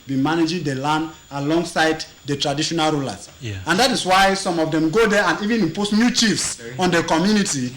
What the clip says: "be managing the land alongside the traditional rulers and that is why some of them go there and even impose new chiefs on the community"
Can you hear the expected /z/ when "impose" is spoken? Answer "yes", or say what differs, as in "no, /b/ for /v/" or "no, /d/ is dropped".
no, /s/ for /z/